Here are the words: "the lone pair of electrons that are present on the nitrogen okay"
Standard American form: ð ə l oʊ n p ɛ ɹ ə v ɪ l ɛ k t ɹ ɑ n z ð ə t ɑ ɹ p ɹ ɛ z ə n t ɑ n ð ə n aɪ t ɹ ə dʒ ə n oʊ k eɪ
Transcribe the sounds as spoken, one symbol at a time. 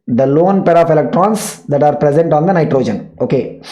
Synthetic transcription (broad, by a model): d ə l oʊ n p ɛ ɹ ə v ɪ l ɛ k t ɹ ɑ n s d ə t ɑ ɹ p ɹ ɛ z ə n t ɑ n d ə n aɪ t ɹ ə dʒ ə n oʊ k eɪ